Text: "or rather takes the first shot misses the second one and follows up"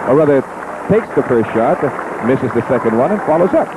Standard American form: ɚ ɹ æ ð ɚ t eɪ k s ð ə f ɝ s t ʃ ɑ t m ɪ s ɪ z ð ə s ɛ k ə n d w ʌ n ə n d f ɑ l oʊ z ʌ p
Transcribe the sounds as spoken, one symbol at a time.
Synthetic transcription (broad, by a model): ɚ ɹ æ ð ɚ t eɪ k s ð ə f ɝ s t ʃ ɑ t m ɪ s ɪ z ð ə s ɛ k ə n d w ʌ n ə n f ɑ l oʊ z ʌ p